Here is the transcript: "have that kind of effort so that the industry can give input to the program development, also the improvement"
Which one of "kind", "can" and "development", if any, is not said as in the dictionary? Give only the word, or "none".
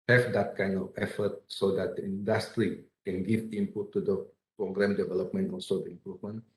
none